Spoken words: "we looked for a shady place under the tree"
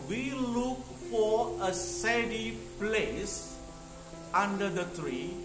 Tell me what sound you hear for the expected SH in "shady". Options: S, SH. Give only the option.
S